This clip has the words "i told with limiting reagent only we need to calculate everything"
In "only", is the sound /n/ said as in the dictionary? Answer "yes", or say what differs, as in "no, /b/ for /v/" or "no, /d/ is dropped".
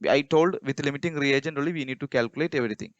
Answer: no, /n/ is dropped